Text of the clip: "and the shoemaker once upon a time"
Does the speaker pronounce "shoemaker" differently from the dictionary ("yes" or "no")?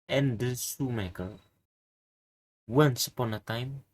yes